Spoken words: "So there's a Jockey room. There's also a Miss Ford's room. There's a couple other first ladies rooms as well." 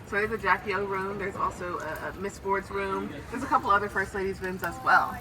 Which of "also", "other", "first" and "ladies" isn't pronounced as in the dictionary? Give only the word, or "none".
none